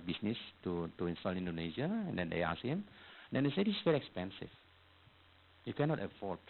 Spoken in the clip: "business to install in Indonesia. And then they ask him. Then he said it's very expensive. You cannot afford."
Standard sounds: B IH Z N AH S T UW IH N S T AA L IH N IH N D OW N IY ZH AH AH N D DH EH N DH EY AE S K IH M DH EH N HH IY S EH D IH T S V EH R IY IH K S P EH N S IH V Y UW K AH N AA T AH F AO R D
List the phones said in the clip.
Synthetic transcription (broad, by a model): B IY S N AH S T UW IH N S T AA L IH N N D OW N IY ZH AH AH N D EH N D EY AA S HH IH M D EH N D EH S EH D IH S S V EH R IY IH K S P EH N S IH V Y UW K AH N AA T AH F AO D